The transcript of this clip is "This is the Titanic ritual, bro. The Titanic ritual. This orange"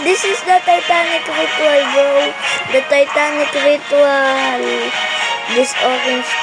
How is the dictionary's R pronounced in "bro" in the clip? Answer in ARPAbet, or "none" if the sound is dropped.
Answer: none